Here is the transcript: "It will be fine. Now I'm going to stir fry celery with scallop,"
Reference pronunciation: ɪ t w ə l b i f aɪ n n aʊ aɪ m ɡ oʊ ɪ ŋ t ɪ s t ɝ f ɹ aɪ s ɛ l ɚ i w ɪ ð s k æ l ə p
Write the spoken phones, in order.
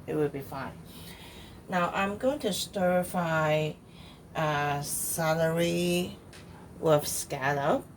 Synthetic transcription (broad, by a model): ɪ t w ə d b i f aɪ n n aʊ aɪ m ɡ oʊ ɪ ŋ t ɪ s t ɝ f aɪ s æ l ɚ i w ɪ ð s k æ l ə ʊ